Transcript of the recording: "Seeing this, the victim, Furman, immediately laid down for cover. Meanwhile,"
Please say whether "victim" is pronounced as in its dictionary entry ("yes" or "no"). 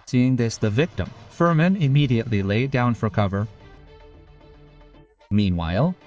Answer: yes